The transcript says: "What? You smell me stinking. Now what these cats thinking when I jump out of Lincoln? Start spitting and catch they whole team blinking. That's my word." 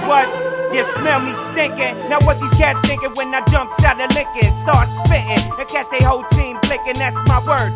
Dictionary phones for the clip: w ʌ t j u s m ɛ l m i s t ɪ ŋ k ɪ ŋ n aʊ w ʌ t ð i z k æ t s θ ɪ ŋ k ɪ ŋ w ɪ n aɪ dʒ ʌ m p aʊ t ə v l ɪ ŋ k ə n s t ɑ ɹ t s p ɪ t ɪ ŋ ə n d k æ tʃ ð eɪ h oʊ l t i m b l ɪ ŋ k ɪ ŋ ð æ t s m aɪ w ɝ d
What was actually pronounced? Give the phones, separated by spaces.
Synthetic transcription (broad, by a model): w ʌ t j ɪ s m ɛ l m i s t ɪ ŋ k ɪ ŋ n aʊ w ʌ t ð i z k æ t s t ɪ ŋ k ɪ w ɪ n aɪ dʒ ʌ m p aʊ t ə l ɪ ŋ k ə n s t ɑ ɹ t s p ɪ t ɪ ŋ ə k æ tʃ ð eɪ h oʊ l t i m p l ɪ k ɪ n ð æ t s m aɪ w ɝ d